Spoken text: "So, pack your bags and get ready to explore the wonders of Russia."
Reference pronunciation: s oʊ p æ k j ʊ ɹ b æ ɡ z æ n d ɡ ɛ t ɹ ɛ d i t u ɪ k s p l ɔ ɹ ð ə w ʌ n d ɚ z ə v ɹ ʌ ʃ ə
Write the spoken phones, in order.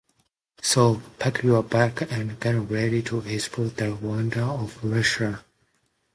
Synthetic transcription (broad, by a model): s oʊ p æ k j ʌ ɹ b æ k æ n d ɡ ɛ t ɹ ɛ d i t u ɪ s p ɔ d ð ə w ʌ n d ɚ ə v ɹ ʌ ʃ ə